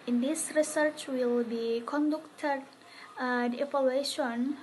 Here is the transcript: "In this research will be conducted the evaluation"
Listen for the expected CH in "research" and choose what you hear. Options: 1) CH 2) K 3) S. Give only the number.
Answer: 1